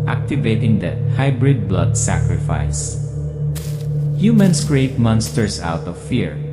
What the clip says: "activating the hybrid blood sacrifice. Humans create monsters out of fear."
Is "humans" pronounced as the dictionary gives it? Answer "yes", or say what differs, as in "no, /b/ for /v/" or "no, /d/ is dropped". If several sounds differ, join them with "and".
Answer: no, /s/ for /z/